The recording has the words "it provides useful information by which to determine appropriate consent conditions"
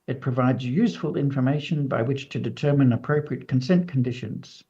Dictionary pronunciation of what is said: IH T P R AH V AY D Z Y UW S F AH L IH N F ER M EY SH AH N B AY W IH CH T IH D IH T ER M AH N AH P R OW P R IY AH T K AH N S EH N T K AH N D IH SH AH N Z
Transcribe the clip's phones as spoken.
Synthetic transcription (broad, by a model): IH T P R AH V AY D Z Y UW S F AH L IH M F ER M EY SH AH N B AY W IH CH T IH D IH T ER M AH N AH P R OW P R IY AH T K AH N S EH N K N D IH SH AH N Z